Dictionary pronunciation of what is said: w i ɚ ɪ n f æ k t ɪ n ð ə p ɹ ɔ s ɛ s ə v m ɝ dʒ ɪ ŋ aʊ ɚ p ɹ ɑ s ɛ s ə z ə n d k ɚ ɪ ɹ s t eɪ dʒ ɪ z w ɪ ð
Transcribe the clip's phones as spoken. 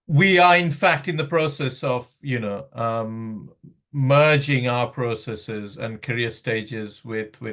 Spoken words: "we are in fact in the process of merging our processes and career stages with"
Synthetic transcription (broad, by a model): w i ɚ ɪ n f æ k t ɪ n ð ə p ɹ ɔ s ɛ s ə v m ɝ dʒ ɪ ŋ aʊ ɚ p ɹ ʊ s ɛ s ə z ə n k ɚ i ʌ s t eɪ dʒ ɪ z w ɪ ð